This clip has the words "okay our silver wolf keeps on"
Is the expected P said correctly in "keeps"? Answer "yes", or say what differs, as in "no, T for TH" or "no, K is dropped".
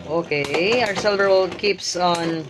yes